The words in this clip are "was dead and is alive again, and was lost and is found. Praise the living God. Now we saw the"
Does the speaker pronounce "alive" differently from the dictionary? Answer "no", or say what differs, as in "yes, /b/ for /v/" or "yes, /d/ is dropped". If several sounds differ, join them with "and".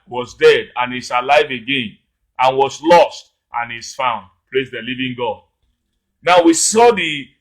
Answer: no